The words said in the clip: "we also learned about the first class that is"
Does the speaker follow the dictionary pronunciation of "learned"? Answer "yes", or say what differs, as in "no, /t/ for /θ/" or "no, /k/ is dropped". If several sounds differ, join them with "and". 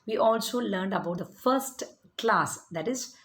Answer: yes